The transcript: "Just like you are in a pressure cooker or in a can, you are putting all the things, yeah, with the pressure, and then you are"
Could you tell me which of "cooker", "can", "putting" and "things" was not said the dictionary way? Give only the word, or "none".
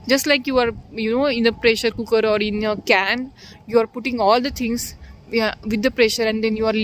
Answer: things